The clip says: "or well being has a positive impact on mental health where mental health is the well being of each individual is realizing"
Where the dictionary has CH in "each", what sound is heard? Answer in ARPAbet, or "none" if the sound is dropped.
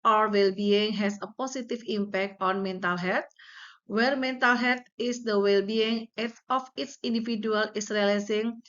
S